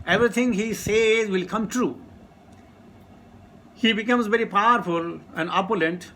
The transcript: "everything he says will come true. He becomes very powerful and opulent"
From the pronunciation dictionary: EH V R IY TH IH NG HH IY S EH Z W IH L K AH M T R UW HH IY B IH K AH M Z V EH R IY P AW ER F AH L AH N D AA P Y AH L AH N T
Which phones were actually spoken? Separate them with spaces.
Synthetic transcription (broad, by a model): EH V R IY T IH NG HH IY S EH Z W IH L K AH M T R UW HH IY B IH K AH M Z V EH R IY P AW ER F AH L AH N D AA P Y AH L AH N T